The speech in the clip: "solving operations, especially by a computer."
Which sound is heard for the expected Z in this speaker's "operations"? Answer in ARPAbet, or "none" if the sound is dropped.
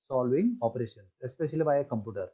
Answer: none